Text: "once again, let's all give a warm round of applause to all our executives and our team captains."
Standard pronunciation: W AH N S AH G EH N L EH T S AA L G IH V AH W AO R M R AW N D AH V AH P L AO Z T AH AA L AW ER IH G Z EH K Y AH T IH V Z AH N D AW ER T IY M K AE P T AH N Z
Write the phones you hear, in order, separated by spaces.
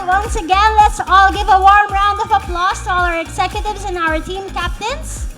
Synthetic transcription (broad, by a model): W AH N S AH G EH N L EH T S AA L G IH V AH W AO R M R AW N D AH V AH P L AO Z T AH AA L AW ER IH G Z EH K Y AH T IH V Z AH N AW ER T IY M K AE P T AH N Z